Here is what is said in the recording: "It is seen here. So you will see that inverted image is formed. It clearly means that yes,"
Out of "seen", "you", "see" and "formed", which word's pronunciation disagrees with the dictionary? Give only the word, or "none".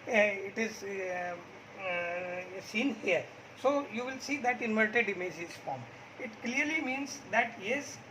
formed